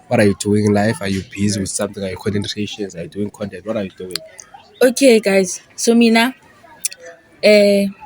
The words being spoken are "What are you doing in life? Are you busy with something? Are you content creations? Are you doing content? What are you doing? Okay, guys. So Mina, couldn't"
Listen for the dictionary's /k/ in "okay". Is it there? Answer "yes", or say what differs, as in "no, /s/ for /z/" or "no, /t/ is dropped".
yes